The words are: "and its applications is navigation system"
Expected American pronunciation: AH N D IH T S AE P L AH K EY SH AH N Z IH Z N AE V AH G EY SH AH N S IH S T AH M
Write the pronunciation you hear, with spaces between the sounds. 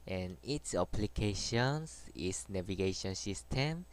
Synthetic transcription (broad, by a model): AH N IH T S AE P L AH K EY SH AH N S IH S N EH V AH G EY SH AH N S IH S T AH M